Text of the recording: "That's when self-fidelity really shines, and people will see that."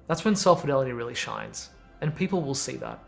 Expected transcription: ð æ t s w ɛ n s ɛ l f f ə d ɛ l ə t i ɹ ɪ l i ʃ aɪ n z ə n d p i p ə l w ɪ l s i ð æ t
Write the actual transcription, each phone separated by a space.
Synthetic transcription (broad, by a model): ð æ t s w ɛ n s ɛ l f f ə d ɛ l ə t i ɹ ɪ l i ʃ aɪ n z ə n p i p l w ɪ l s i ð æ t